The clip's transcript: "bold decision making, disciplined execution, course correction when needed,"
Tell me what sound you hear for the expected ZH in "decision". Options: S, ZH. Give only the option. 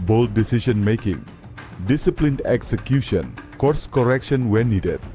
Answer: S